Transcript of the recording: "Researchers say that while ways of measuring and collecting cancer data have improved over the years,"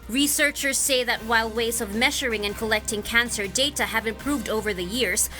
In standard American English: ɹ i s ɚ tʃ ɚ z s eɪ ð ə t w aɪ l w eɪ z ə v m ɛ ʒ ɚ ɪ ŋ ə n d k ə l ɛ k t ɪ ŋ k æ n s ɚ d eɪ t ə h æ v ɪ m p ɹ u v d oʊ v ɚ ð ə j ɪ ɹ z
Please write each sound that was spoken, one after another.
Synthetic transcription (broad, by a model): ɹ i s ɚ tʃ ɚ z s eɪ ð ə t w aɪ l w eɪ z ə v m ɛ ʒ ɚ ɪ ŋ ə n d k ə l ɛ k t ɪ ŋ k æ n s ɚ d eɪ t ə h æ v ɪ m p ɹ u v d oʊ v ɚ ð ə j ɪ ɹ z